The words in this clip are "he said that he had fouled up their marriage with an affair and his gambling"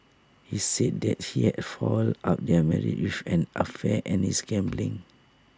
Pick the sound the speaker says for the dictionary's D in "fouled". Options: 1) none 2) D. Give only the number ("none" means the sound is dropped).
1